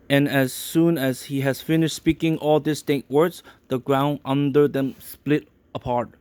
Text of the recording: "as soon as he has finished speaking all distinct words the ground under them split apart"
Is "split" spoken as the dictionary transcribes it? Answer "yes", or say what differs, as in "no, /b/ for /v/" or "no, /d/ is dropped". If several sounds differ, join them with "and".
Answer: yes